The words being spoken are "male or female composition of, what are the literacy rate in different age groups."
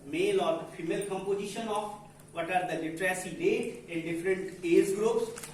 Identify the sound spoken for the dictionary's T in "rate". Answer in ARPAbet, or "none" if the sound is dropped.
none